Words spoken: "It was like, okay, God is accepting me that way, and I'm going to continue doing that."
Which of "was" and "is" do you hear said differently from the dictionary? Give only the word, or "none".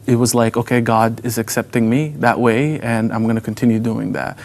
none